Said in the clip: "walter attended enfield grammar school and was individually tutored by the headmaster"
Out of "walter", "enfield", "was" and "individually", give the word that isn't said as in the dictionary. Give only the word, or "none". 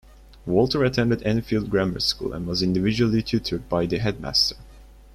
none